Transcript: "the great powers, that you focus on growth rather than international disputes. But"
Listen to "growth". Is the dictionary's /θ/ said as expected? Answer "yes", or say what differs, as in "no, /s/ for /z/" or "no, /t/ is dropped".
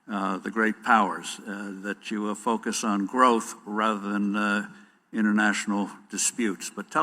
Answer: yes